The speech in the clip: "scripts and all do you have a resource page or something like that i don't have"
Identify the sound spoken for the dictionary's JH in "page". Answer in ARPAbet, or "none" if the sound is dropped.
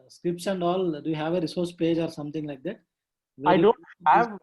JH